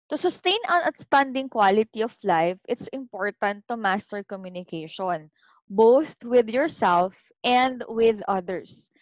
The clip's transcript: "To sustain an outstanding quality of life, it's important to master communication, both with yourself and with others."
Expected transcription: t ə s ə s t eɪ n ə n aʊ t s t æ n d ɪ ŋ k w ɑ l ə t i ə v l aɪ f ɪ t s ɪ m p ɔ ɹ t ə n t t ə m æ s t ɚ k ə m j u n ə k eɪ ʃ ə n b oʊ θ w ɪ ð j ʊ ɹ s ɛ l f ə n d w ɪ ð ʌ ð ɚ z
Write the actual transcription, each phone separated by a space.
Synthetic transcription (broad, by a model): t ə s ə s t eɪ n ə n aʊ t s t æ n d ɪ ŋ k w ɑ l ə t i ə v l aɪ f ɪ t s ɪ m p ɔ ɹ t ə n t t ə m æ s t ɚ k ə m j u n ə k eɪ ʃ ə n b oʊ θ w ɪ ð j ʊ ɹ s ɛ l f ə n d w ɪ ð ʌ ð ɚ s